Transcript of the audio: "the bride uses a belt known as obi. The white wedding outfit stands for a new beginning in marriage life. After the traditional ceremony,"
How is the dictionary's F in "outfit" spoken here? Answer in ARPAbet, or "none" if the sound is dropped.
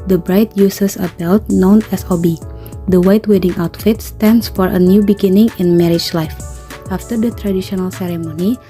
F